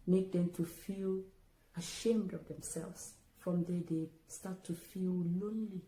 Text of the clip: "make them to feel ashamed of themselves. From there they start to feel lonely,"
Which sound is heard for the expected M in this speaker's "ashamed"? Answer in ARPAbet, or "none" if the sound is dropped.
M